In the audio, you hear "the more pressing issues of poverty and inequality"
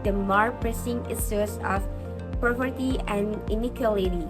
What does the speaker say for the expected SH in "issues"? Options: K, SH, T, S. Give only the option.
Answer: S